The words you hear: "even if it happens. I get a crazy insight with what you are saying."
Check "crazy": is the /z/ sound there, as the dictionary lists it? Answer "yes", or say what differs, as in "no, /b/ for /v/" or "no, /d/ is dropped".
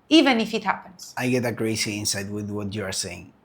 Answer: no, /s/ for /z/